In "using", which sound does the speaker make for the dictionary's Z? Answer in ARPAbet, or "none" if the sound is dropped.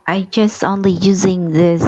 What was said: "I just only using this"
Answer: Z